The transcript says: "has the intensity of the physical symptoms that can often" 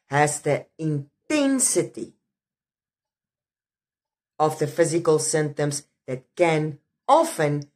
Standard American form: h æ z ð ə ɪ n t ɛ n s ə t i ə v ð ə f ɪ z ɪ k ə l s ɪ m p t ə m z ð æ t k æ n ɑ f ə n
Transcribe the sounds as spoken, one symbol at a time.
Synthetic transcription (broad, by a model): h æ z ð ə ɪ n t ɛ n s ə t i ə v ð ə f ɪ z ɪ k ə l s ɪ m t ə m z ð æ t k æ n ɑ f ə n